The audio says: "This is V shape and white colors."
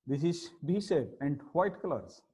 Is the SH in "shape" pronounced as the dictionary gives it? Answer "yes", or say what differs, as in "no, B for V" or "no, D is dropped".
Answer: no, S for SH